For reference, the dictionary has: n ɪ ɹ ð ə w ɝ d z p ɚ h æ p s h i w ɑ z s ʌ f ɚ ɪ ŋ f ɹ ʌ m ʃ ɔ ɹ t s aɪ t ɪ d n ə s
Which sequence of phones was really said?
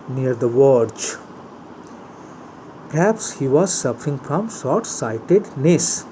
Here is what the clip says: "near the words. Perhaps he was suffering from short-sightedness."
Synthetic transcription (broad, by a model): n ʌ ɹ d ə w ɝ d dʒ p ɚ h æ p s h i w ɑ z s ʌ f ɚ ɪ ŋ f ɹ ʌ m s ɔ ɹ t s aɪ t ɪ d n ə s